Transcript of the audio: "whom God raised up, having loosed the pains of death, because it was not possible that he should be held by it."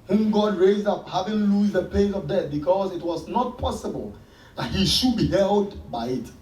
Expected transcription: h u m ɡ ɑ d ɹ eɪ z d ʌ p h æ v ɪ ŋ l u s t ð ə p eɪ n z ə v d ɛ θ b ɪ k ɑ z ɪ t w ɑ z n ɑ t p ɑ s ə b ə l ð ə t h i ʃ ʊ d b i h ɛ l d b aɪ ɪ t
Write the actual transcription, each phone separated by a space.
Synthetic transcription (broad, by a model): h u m ɡ ɑ d ɹ eɪ z d ʌ p h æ v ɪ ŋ l u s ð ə p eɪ z ə v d ɛ t b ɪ k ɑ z ɪ t w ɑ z n ɑ t p ɑ s ə b ə l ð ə t h i ʃ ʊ d b i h ɛ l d b aɪ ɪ t